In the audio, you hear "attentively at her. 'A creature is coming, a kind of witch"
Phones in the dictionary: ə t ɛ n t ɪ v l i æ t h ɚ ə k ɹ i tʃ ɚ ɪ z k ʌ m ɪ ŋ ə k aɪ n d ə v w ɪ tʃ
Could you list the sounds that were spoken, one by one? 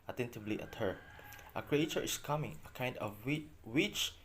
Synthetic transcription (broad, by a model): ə t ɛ n t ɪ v l i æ t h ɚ ə k ɹ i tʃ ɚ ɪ s k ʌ m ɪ ŋ ə k aɪ n d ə w w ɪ tʃ